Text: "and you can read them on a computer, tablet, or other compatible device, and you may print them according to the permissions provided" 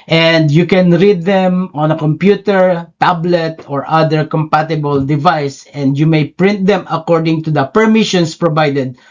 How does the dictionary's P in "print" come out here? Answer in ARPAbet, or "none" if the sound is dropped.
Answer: P